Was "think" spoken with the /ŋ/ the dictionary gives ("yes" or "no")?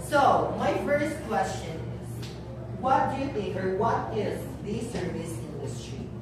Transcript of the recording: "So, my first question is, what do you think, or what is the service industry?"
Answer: no